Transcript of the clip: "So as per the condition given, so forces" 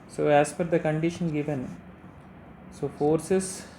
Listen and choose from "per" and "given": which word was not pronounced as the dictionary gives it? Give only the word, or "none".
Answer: per